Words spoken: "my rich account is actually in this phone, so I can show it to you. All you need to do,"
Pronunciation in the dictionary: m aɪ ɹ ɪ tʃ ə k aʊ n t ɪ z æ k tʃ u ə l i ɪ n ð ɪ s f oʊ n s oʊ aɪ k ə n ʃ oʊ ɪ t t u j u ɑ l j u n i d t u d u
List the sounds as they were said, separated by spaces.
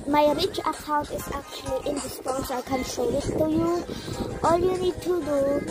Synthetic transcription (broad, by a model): m aɪ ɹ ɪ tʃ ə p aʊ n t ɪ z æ k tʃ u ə l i ɪ n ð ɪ s p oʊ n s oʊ aɪ k ə n s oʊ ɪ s t u j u ɑ l j u n i d t u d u